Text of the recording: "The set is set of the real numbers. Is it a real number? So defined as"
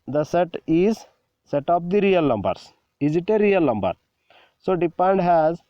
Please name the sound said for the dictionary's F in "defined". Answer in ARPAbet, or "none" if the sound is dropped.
P